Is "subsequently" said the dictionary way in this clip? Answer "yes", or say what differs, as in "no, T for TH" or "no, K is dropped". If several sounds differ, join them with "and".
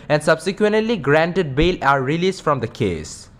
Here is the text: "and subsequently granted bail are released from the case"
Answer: yes